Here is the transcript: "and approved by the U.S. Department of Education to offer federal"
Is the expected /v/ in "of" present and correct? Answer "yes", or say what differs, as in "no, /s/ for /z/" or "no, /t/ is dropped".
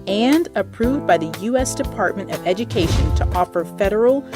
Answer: yes